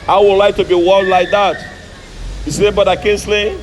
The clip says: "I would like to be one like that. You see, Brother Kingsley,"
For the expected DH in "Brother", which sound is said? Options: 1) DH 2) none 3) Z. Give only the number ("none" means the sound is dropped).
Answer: 2